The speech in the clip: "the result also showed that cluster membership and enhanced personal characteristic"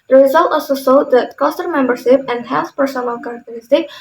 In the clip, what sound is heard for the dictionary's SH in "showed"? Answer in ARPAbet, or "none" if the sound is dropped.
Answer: S